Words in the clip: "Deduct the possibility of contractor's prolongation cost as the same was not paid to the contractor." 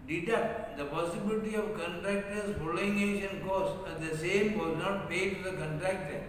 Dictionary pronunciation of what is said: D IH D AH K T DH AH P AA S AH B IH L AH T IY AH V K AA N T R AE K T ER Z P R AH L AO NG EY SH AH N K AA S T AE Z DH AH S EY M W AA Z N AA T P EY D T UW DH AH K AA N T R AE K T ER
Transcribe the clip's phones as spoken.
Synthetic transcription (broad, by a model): D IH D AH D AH P AA S AH B IH L AH T IY AH V K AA N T R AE K T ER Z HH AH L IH NG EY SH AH N K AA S AE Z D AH S EY M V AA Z N AA T P EY D T UW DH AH K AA N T R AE K T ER